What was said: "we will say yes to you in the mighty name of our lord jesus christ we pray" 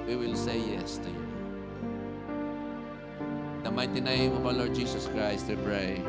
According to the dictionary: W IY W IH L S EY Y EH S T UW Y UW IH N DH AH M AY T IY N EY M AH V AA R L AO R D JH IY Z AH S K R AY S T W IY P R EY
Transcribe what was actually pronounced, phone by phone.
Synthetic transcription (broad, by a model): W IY W IH L S EY Y EH S T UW Y UW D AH M AY T IY N EY M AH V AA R L AO R D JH IY S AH S K R AY S T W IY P R EY